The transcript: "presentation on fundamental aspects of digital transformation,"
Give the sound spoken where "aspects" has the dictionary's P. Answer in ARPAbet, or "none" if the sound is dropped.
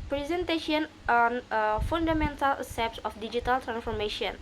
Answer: none